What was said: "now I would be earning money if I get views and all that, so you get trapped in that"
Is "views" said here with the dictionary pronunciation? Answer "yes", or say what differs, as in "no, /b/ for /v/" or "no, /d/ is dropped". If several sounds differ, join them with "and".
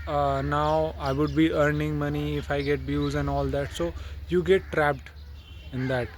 no, /b/ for /v/